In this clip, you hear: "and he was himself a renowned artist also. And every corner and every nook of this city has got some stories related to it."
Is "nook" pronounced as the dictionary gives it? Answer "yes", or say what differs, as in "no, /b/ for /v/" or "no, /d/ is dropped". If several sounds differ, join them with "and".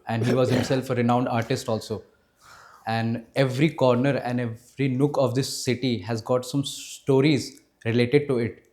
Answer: yes